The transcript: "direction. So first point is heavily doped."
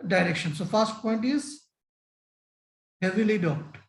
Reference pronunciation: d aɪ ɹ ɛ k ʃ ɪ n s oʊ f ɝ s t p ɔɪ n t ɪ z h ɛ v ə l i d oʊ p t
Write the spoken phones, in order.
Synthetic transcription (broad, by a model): d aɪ ɹ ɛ k ʃ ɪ n s oʊ f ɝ s t p ɔɪ n t ɪ z h ɛ v ə l i d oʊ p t